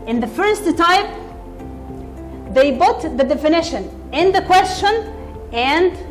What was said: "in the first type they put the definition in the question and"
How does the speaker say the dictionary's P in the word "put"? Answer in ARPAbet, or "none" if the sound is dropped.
B